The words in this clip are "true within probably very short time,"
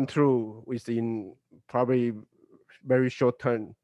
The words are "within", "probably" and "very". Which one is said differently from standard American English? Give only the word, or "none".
within